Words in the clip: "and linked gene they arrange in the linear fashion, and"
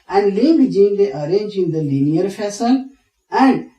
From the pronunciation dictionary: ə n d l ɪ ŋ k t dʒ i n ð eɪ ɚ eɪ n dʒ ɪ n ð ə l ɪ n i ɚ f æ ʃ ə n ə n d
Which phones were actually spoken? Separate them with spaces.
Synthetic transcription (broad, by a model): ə n d l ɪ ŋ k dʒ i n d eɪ ɚ eɪ n dʒ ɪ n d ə l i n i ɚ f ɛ s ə l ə n d